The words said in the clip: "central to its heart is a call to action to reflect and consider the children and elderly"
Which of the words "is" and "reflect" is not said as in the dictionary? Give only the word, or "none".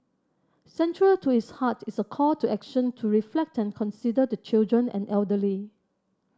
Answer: is